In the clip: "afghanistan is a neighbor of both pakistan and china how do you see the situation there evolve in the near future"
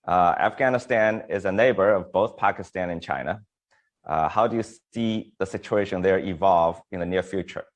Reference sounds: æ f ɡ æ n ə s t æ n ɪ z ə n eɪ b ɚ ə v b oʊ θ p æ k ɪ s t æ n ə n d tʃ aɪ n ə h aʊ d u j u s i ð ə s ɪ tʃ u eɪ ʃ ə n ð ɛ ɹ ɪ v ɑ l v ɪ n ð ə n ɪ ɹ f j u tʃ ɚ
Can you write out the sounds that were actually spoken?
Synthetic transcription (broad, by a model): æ f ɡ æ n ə s t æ n ɪ z ə n eɪ b ɚ ə v b oʊ θ p æ k ɪ s t æ n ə n tʃ aɪ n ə h aʊ d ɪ j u s i ð ə s ɪ tʃ u eɪ ʃ ə n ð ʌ ɹ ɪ v ɑ l v ɪ n ð ə n ɪ ɹ f j u tʃ ɚ